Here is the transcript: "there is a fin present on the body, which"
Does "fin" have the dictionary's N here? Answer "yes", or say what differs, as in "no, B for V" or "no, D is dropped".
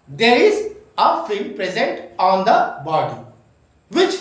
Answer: no, L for N